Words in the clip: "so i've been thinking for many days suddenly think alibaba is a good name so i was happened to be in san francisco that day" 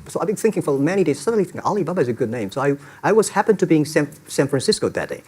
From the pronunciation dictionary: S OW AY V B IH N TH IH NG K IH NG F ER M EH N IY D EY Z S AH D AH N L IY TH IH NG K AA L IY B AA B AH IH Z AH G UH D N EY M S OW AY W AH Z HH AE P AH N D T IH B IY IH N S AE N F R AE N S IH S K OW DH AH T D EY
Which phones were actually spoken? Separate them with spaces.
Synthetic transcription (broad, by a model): S OW AY B IH N TH IH NG K IH NG F ER M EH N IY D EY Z S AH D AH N L IY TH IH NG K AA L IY B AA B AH IH Z AH G UH D N EY M S OW AY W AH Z HH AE P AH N T IH B IY IH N S AE N F R AE N S IH S K OW DH AH T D EY